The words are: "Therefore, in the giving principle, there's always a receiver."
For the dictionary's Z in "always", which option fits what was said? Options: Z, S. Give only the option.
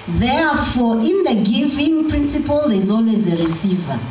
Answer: Z